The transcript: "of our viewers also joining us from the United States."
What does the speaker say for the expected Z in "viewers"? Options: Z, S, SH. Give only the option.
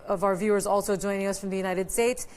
Z